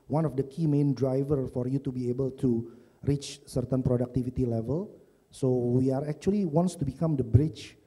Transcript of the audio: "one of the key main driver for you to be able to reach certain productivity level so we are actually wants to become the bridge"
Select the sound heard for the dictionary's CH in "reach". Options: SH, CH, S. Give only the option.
CH